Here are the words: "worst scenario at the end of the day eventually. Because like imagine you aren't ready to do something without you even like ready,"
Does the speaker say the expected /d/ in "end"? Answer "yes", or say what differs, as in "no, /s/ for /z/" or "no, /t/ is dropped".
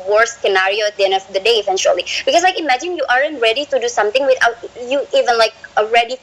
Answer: no, /d/ is dropped